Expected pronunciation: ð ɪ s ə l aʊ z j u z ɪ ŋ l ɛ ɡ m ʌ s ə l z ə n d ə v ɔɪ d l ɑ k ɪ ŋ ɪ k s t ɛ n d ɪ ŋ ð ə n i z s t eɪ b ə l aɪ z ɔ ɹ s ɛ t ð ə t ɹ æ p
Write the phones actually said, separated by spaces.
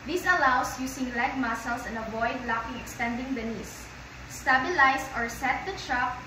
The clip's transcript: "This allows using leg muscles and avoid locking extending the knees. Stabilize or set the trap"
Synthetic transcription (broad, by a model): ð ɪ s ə l aʊ s j u s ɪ ŋ l ɛ ɡ m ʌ s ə l s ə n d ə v ɔɪ d l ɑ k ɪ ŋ ɪ k s t ɛ n d ɪ ŋ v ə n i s s t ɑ b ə l aɪ s ɔ ɹ s ɛ t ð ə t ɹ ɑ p